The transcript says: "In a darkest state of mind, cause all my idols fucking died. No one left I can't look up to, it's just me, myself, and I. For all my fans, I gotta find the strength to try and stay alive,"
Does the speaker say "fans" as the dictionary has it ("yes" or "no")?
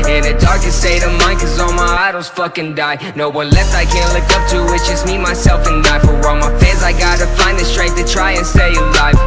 no